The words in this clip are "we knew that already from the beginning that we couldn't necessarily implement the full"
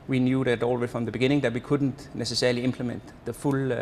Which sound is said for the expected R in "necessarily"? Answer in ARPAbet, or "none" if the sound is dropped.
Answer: none